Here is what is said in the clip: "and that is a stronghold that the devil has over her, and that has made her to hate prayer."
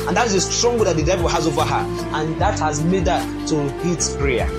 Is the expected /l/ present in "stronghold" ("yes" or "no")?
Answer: no